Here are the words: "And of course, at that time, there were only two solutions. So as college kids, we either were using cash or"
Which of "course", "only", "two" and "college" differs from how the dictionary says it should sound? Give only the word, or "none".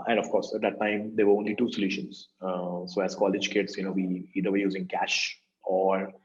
none